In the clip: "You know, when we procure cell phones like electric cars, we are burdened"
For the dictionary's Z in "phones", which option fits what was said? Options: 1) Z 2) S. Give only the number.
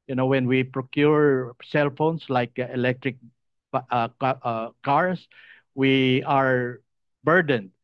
2